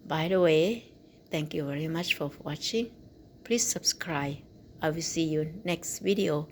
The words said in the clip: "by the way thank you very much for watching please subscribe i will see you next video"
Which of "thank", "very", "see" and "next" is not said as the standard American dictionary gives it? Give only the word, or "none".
thank